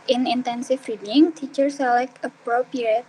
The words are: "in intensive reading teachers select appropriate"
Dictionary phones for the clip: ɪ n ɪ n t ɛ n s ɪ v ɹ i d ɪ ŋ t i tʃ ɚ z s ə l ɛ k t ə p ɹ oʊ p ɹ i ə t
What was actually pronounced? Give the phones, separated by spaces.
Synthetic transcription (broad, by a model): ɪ n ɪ n t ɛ n s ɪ f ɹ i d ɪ ŋ t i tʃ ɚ s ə l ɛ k ə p ɹ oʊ p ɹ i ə t